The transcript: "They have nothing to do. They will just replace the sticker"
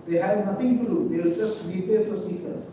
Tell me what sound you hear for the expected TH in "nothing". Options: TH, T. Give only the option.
T